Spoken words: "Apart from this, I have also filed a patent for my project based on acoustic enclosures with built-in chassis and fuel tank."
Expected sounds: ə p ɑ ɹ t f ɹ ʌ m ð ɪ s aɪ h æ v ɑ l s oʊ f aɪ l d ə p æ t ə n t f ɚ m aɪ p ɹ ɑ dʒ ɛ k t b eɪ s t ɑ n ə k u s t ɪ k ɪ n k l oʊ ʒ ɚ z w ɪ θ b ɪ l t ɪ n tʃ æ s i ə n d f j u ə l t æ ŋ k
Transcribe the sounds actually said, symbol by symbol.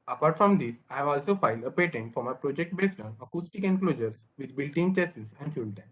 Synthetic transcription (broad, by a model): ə p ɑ ɹ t f ɹ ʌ m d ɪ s aɪ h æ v ɑ l s oʊ f aɪ l d ə p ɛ t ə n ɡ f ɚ m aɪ p ɹ ɑ dʒ ɛ k t b eɪ s t ɑ n ə k u s t ɪ k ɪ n k l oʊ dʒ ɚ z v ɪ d b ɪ l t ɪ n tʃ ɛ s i ə n d f j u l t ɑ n